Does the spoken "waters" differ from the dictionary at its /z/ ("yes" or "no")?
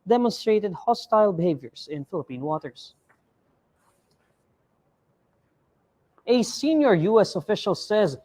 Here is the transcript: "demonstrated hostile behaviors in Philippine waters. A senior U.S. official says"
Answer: yes